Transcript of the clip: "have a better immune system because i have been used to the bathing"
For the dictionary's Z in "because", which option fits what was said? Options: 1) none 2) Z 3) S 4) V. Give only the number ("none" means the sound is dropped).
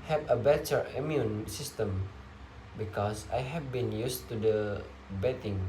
3